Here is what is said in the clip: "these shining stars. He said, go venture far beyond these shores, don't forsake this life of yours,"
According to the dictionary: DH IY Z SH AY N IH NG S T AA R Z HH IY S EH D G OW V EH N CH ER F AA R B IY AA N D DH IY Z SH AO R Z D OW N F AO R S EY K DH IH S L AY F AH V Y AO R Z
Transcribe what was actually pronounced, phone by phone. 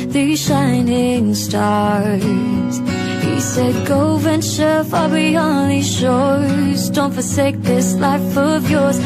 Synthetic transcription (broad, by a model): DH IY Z SH AY N IH NG S T AA R Z HH IY S EH D G OW V EH N CH ER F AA L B IY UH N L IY SH AO R Z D OW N F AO R S EY K DH IH S L AY F AH V Y AO R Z